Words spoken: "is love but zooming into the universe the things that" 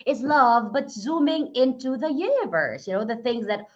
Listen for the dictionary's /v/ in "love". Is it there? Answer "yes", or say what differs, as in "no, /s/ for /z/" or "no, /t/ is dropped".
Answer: yes